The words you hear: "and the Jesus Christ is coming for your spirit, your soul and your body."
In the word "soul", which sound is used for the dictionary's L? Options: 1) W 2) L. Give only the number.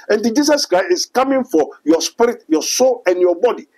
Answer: 2